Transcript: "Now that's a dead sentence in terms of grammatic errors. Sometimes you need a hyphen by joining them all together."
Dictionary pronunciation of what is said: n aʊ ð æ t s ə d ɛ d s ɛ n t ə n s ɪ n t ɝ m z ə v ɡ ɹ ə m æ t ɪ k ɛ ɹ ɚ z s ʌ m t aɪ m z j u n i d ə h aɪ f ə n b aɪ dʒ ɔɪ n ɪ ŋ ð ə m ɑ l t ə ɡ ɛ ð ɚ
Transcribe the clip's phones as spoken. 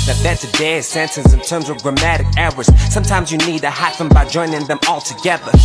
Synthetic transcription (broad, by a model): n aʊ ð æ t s ə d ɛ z s ɛ n t ə n s ɪ n t ɝ m z ə v ɡ ɹ ə m æ t ɪ k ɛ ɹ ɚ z s ʌ m t aɪ m z j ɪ n i d ə h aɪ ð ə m b aɪ dʒ ɔɪ n ɪ ŋ ð ə m ɑ l t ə ɡ ɛ ð ɚ